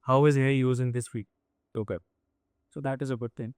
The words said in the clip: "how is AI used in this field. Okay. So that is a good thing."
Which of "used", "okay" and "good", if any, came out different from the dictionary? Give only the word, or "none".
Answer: used